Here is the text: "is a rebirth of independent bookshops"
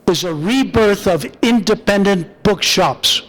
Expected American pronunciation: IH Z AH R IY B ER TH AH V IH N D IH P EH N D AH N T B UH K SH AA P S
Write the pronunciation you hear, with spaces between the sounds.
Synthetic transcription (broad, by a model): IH Z AH R IY B ER TH AH V IH N D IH P EH N D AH N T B UH K SH AA P S